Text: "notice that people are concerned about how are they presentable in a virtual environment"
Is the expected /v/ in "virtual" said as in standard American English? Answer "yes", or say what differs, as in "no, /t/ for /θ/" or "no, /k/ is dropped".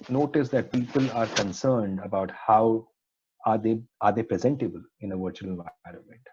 yes